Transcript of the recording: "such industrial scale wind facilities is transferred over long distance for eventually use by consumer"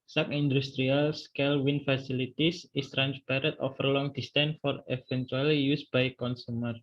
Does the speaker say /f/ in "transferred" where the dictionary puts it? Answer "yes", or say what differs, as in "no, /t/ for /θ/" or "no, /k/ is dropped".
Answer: no, /p/ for /f/